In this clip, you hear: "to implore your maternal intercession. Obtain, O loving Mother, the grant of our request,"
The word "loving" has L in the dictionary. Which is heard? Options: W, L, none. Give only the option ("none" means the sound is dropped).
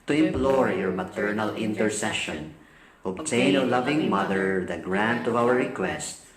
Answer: L